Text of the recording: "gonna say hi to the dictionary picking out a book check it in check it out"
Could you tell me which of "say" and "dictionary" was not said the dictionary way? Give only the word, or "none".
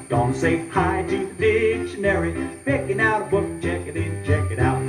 none